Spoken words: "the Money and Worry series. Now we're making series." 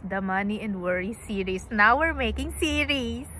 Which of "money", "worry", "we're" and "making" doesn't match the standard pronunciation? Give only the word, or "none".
none